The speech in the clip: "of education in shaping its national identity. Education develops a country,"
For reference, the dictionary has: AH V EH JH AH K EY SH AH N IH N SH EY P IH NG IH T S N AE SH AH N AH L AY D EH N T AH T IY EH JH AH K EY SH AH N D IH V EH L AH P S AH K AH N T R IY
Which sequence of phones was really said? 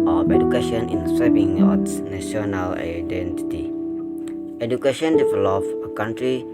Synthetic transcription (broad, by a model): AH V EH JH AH K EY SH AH N IH N S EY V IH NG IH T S N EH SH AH N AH L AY D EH N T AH T IY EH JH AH K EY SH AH N D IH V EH L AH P AH K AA N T R IY